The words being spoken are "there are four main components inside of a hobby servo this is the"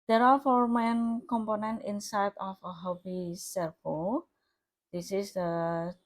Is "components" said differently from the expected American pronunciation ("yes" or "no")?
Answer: yes